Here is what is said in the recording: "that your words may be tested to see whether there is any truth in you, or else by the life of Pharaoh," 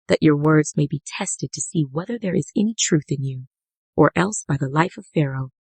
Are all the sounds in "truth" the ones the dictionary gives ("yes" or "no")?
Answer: yes